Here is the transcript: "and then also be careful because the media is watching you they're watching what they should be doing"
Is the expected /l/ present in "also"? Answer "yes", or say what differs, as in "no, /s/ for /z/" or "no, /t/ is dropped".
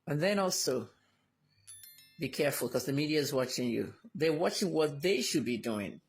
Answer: yes